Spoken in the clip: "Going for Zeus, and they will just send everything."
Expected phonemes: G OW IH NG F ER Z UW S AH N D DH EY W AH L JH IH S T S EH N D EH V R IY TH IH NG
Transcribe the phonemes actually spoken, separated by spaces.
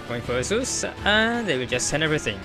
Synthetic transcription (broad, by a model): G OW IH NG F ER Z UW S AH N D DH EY W AH L JH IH S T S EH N EH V R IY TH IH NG